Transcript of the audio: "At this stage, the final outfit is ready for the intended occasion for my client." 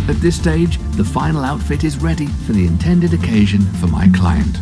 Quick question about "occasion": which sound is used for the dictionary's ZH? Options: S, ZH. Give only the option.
ZH